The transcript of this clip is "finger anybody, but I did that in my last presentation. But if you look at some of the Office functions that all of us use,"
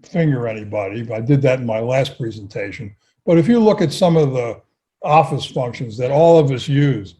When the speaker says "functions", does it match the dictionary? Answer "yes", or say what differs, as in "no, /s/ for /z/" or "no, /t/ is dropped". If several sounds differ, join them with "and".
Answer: yes